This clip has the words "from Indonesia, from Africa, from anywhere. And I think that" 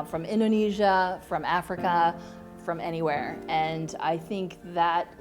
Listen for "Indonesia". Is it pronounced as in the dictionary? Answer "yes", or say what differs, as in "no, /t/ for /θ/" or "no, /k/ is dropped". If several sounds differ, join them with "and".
yes